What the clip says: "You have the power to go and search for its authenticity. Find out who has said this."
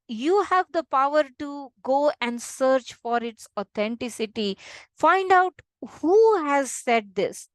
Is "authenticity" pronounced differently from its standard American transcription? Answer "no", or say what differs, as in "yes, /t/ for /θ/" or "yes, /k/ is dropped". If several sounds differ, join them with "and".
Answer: yes, /t/ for /θ/